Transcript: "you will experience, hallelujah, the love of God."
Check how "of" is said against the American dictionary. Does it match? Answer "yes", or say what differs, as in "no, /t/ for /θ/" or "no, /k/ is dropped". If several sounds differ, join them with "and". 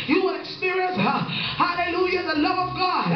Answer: yes